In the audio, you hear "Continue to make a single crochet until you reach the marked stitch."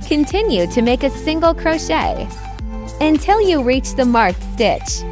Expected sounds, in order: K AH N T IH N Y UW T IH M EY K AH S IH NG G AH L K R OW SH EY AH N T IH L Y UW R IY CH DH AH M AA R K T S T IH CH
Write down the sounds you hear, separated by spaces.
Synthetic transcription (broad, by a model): K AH N T IH N Y UW T IH M EY K AH S IH NG G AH L K R OW SH EY AH N T IH L Y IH R IY CH DH AH M AA R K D IH CH